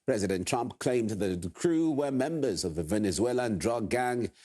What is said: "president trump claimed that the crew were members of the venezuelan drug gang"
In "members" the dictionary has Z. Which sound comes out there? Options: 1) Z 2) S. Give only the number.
1